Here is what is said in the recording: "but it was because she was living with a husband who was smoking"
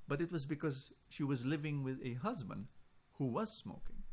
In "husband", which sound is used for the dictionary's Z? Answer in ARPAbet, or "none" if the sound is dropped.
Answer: Z